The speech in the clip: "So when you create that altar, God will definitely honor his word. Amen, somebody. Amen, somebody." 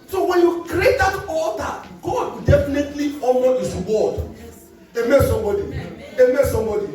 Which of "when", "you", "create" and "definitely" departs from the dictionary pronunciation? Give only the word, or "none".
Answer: none